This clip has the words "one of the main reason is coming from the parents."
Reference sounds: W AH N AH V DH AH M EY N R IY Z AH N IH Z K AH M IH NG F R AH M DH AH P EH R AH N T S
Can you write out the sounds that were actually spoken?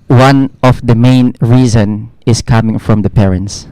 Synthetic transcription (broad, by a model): W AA N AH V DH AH M EY N R IY Z AH N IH S K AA M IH NG F R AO M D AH P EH R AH N T S